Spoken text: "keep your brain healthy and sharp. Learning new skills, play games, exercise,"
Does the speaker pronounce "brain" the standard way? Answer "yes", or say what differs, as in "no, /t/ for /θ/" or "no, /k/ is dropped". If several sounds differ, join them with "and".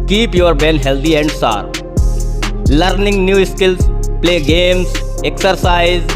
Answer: no, /ɹ/ is dropped